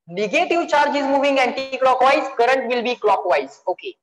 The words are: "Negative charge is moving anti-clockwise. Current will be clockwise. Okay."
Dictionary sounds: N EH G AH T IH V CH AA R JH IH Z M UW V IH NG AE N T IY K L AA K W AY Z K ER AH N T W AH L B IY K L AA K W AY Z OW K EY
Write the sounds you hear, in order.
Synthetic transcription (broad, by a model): N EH G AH T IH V CH AA R JH IH Z M UW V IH NG AE N T IY K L AA K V AY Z K ER AH N T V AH L B IY K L AA K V AY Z OW K EY